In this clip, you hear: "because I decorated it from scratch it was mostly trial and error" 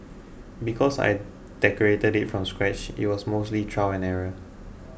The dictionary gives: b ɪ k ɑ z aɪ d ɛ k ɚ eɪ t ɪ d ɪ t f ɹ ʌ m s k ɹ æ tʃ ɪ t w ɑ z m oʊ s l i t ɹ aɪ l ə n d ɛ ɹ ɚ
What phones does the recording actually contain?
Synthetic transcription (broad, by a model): b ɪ k ɑ s aɪ d ɛ k ɚ eɪ t ɪ d ɪ t f ɹ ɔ m s k ɹ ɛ tʃ ɪ t w ɑ s m oʊ s l i t ɹ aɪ w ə n ɛ ɹ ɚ